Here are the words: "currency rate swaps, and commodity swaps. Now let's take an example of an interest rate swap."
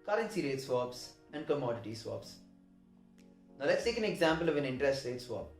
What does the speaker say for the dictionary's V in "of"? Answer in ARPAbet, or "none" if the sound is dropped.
V